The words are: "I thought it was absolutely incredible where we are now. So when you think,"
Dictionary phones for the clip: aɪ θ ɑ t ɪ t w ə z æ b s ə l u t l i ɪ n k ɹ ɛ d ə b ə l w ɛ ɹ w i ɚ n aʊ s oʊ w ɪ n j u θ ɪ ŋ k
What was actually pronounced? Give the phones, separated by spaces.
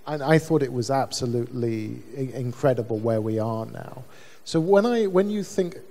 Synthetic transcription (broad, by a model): aɪ θ ɑ t ɪ t w ə z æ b s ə l u t l i ɪ n k ɹ ɛ d ə b ə l w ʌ ɹ w i ɚ n aʊ s oʊ w ɪ n j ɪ θ ɪ ŋ k